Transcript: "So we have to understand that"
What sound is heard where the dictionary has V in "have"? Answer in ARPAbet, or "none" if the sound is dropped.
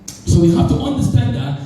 F